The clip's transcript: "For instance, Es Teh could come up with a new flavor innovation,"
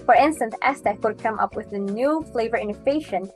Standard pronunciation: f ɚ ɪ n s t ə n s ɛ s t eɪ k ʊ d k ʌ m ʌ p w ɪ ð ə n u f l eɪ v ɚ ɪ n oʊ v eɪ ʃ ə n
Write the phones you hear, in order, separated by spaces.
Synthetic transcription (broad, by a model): f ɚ ɪ n s t ə n s ɛ s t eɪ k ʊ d k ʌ m ʌ p w ɪ ð ə n u f l eɪ v ɚ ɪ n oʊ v eɪ ʃ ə n